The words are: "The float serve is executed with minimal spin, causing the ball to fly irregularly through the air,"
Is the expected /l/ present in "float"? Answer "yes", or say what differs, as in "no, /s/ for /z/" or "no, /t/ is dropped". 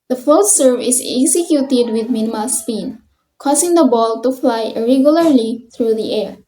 no, /l/ is dropped